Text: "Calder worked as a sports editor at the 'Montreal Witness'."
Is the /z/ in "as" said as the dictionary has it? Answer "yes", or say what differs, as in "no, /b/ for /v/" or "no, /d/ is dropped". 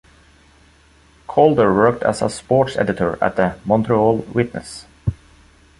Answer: no, /s/ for /z/